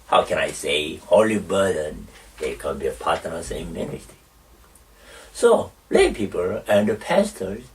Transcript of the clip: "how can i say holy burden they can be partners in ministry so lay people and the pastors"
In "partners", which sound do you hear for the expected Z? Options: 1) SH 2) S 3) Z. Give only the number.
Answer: 2